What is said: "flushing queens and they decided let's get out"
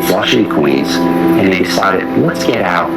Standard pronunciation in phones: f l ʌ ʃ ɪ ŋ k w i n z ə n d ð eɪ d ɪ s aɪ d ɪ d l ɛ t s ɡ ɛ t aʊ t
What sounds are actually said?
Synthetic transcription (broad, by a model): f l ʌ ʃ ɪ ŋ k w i z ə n ð eɪ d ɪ s aɪ d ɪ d l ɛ t s ɡ ɛ t aʊ t